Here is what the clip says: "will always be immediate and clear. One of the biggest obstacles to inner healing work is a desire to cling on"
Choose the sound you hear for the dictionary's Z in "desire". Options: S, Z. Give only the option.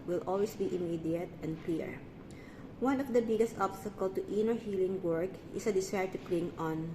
S